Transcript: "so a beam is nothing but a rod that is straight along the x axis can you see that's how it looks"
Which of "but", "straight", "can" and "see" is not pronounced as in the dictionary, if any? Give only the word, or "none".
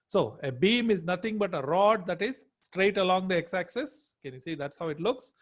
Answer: none